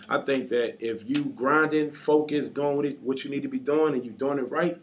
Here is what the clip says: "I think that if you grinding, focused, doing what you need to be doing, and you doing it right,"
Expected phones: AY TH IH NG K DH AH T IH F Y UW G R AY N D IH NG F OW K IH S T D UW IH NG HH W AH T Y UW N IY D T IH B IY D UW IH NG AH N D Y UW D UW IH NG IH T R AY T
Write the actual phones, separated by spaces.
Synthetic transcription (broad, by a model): AY TH IH NG K DH AH T IH F Y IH G R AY N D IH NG F OW K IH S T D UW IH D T W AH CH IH N IY D T IH B IY D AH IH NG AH N Y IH D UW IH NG IH T R AY T